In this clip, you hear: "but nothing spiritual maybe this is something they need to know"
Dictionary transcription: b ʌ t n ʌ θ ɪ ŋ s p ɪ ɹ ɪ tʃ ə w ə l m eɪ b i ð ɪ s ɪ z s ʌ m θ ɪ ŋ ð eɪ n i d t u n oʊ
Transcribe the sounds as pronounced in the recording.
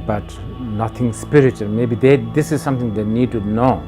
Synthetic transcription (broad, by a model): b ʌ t n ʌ t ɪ ŋ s p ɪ ɹ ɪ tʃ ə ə l m eɪ b i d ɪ s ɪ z s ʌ m t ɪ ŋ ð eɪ n i d t u n oʊ